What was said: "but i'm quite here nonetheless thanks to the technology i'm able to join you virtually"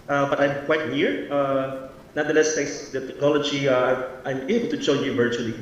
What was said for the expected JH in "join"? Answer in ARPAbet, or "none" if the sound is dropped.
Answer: CH